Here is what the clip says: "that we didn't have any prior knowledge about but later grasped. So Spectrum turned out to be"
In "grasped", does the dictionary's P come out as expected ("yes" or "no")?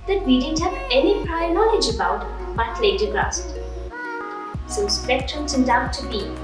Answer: no